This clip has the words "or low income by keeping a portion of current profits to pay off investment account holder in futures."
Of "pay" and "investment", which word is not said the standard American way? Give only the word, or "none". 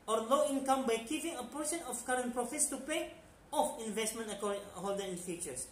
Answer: none